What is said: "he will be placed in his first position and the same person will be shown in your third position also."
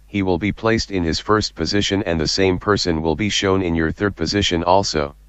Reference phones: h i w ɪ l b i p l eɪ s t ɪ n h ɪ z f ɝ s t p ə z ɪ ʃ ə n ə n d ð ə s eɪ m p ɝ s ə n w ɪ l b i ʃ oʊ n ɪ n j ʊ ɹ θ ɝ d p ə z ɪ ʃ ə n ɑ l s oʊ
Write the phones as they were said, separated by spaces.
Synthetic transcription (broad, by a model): h i w ɪ l b i p l eɪ s t ɪ n ɪ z f ɝ s t p ə z ɪ ʃ ə n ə n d ð ə s eɪ m p ɝ s ə n w ɪ l b i ʃ oʊ n ɪ n j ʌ ɹ θ ɝ d p ə z ɪ ʃ ə n ɑ l s oʊ